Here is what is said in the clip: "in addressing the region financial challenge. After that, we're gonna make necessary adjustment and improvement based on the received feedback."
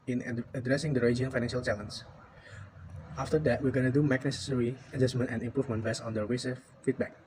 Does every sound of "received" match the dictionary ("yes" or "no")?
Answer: no